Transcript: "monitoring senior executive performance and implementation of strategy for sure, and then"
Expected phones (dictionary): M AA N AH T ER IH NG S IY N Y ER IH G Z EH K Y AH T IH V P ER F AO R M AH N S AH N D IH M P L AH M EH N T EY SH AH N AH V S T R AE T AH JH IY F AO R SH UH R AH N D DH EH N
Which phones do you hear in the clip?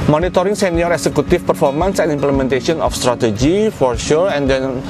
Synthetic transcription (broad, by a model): M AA N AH T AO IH NG S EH N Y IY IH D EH K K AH T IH F P ER F AO R M AH N S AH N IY M P L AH M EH N T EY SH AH N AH F S T R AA T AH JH IY F AO R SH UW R AH N D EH N